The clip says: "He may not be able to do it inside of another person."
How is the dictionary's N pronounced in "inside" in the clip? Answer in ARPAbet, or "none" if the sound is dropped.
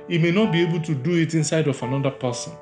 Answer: N